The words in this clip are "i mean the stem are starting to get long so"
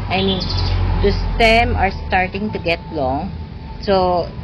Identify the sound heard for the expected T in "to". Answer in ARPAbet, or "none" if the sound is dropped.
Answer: T